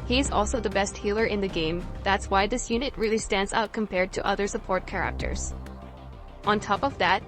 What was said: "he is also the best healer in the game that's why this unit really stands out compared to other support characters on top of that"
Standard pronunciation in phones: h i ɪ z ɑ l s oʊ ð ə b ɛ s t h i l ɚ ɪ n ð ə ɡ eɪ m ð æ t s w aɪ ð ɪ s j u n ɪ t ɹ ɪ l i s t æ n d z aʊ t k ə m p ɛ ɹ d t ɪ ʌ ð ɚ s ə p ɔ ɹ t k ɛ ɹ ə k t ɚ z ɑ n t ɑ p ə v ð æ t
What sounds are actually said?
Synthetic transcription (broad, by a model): h i ɪ z ɑ l s oʊ ð ə b ɛ s t h i l ɚ ɪ n ð ə ɡ eɪ m ð æ t s w aɪ ð ɪ s j u n ɪ t ɹ ɪ l i s t æ n d z aʊ t k ə m p ɛ ɹ d t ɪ ʌ ð ɚ s ə p ɔ ɹ t k ɛ ɹ ə k t ɚ z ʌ n t ɑ p ə v ð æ t